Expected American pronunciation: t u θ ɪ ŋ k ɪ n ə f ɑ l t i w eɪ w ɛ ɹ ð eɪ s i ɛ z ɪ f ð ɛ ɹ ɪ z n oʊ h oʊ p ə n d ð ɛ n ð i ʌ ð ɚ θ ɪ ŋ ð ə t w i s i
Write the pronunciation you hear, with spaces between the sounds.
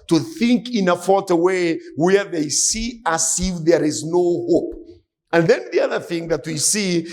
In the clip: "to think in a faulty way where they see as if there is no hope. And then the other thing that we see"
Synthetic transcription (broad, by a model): t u θ ɪ ŋ k ɪ n ə f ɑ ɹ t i w eɪ w ɛ ɹ ð eɪ s i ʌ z ɪ f ð ɛ ɹ ɪ z n oʊ h oʊ p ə n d ð ɛ n ð i ʌ ð ɚ θ ɪ ŋ ð ə t w i s i